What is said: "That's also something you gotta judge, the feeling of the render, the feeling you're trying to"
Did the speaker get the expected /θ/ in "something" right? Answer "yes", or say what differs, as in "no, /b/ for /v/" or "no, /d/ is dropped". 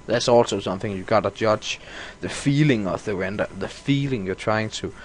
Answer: yes